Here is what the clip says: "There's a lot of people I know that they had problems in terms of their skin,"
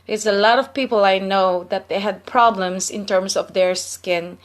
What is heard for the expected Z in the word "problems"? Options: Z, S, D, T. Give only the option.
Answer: S